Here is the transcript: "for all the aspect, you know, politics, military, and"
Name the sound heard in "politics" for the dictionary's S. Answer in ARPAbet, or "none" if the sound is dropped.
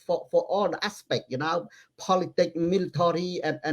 none